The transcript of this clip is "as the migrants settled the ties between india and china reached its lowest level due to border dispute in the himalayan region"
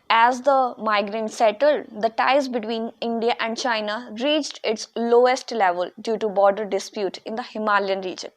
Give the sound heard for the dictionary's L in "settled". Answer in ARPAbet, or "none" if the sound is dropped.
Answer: L